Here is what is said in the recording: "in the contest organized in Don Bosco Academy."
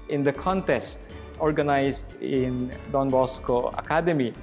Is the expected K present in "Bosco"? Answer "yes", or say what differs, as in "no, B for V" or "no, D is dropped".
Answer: yes